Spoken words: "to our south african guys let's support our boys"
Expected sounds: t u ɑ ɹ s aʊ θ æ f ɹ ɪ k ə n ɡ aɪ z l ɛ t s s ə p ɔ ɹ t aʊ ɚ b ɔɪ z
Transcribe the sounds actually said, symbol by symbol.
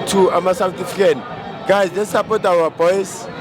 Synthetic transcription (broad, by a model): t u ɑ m s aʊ t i f ɪ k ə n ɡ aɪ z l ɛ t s s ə p ɔ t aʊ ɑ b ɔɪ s